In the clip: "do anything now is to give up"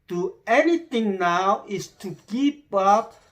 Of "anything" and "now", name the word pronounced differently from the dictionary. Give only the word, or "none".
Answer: anything